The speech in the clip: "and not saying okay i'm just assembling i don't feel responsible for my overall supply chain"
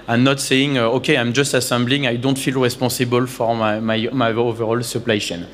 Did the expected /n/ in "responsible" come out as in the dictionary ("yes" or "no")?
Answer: no